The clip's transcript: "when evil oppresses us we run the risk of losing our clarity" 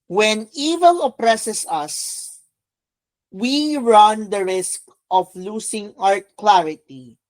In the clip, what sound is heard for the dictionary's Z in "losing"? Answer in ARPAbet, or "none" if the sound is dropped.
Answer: S